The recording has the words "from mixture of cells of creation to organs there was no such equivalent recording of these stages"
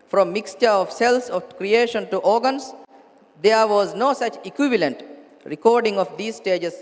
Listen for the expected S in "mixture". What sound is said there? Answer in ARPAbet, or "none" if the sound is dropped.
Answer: S